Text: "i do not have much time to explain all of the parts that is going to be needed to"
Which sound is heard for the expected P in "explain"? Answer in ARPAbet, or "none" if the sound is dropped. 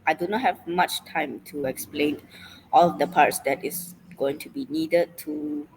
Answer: P